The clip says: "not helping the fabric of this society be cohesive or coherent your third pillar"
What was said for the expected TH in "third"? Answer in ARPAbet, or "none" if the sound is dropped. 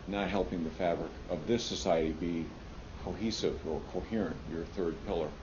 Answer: TH